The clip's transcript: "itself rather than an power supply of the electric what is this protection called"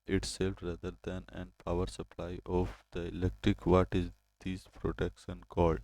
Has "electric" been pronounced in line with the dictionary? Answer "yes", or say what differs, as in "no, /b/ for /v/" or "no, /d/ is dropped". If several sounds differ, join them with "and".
yes